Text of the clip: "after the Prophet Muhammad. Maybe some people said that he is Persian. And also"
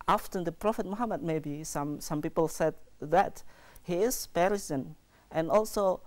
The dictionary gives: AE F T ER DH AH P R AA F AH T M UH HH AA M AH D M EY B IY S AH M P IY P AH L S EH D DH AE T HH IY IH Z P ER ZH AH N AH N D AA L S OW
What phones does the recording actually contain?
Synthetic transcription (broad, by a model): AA F T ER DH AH P R AA F AH T M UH HH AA M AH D M EY B IY S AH M P IY P AH L S EH D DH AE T HH IY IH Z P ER S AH N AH N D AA L S OW